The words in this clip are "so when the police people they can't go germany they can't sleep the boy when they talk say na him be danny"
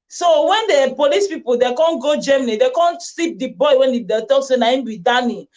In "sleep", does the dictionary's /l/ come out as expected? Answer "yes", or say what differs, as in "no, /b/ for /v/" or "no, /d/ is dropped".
no, /l/ is dropped